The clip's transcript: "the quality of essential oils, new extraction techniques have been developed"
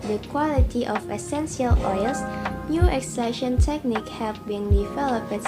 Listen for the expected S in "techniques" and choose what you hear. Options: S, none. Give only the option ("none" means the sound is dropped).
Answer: none